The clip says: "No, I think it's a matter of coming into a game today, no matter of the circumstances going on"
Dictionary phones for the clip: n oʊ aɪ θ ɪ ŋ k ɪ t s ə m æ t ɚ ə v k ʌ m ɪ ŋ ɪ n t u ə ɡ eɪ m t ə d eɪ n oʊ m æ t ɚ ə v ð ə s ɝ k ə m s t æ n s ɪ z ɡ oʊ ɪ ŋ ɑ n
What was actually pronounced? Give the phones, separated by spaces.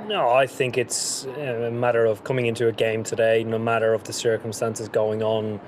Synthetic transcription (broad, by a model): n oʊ aɪ θ ɪ ŋ k ɪ t s ə m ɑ t ɚ ə v k ʌ m ɪ ŋ ɪ n t u ə ɡ eɪ m t ə d eɪ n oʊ m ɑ t ɚ ə v ð ə s ɝ k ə m s t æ n s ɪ z ɡ oʊ ɪ ŋ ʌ n